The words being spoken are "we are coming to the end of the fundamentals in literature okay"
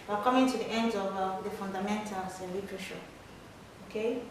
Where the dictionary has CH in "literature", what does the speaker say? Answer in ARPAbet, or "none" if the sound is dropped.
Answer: SH